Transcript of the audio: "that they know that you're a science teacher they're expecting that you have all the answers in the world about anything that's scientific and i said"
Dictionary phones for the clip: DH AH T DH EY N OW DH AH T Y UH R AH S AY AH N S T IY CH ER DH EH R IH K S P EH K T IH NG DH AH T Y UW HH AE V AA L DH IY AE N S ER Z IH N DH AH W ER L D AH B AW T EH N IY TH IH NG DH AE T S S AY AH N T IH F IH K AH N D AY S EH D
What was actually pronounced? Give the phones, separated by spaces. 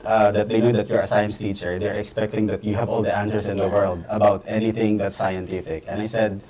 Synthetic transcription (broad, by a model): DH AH T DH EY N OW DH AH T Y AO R AH S AY AH N S T IY CH ER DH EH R IH K S P EH K T IH NG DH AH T Y UW HH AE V AA L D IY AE N S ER S IH N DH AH W ER L D AH B AW T EH N IY TH IH NG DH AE T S S AY AH N T IH F IH K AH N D AY S EH D